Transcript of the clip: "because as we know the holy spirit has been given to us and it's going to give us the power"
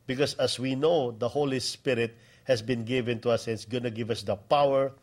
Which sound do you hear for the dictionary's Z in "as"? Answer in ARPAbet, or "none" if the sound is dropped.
S